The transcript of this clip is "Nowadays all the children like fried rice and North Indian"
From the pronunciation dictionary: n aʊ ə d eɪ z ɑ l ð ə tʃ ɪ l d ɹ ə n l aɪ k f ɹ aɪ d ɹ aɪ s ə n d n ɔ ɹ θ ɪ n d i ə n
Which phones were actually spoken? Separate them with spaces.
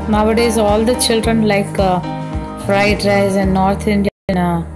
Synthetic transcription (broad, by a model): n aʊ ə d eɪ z ɑ l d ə tʃ ɪ l d ɹ ə n l aɪ k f ɹ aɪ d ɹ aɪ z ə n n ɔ ɹ t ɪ n d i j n